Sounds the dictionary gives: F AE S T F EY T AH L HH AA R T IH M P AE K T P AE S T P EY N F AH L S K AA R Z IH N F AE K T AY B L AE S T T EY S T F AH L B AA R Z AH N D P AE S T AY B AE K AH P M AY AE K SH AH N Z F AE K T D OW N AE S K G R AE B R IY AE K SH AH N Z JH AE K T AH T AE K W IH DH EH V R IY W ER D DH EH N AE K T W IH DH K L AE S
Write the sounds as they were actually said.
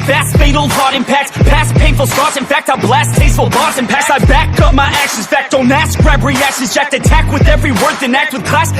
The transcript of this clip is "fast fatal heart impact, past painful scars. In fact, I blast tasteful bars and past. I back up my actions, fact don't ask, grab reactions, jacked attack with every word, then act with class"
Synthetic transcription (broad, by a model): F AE S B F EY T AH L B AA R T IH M P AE K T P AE S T P EY N F L S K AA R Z IH N F AE K T AY B L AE S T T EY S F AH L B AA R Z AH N P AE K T AY B AE K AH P M AY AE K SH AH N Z F AE K T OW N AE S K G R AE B R IY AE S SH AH Z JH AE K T AH T AE K W IH DH EH V R IY W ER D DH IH N AE K T W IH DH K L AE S